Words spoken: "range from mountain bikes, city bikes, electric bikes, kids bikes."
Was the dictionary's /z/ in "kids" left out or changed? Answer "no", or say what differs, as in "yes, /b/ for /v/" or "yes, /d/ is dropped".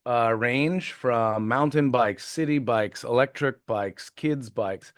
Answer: no